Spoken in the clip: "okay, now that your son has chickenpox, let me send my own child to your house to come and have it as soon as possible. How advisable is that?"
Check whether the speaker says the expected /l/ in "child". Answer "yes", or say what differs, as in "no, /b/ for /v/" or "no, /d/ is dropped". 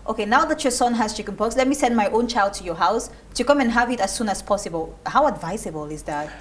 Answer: yes